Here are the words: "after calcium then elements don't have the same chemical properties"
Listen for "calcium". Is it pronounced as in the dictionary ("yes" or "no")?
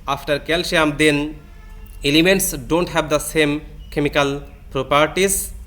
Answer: no